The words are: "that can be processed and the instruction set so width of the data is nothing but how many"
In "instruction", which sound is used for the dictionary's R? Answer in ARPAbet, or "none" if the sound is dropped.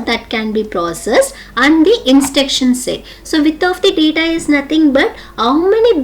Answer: none